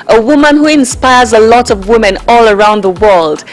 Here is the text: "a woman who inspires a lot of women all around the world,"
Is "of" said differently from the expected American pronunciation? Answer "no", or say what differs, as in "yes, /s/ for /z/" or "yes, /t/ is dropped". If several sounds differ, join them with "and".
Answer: no